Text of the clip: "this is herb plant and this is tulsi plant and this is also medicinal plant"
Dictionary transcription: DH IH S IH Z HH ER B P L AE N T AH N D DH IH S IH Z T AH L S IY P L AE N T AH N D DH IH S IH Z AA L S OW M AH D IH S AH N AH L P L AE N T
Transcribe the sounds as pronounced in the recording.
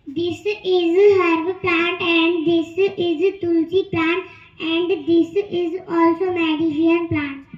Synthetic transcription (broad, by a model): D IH S IH Z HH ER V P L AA N T AH N D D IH S IH Z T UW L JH IY P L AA N T AH N D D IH S IH Z AA L S OW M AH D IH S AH AH N P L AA N T